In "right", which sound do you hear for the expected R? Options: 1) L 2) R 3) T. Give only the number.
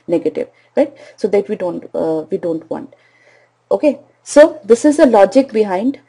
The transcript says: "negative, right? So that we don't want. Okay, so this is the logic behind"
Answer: 2